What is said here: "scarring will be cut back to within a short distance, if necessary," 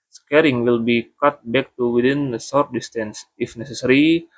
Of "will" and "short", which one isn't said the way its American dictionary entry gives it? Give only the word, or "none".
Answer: short